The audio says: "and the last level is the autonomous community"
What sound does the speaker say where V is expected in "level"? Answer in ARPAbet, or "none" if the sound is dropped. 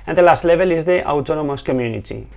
B